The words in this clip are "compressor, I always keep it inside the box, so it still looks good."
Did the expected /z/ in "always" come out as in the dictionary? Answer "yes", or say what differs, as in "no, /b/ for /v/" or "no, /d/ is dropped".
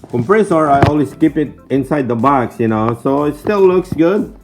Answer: no, /s/ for /z/